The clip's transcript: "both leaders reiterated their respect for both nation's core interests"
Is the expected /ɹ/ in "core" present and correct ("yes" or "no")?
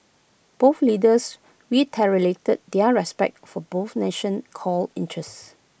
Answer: no